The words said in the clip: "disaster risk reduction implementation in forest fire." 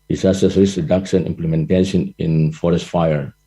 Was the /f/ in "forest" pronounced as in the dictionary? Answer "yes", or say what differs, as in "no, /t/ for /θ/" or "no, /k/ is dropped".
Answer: yes